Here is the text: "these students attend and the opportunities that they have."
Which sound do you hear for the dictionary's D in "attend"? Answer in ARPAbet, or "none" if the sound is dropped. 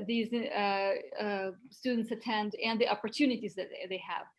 D